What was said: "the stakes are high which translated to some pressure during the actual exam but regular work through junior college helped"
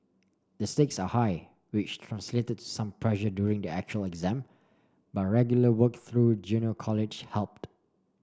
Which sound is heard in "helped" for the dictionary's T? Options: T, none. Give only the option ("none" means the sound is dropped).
T